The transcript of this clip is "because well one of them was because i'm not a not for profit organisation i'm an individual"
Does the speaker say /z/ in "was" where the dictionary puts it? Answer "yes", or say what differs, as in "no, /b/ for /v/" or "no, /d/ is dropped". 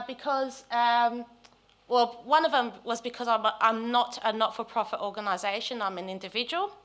yes